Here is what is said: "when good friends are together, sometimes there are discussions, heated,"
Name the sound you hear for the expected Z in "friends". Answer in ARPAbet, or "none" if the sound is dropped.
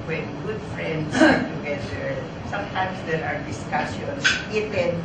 S